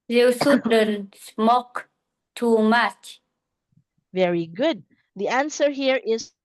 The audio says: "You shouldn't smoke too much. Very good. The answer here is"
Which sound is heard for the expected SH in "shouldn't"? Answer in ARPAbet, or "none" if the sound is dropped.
S